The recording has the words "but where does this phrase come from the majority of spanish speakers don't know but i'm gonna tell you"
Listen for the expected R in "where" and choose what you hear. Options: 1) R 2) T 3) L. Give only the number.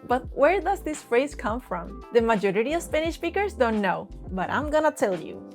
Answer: 1